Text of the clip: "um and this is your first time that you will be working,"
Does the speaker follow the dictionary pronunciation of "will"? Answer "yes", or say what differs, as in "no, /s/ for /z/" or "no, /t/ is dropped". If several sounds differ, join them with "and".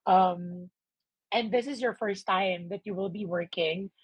yes